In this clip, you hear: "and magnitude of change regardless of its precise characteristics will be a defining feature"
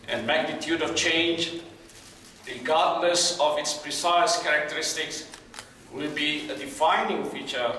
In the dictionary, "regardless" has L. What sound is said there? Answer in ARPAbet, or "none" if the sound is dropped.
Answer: N